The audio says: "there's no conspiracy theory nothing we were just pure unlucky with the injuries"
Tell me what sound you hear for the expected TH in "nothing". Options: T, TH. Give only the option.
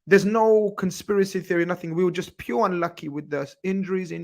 TH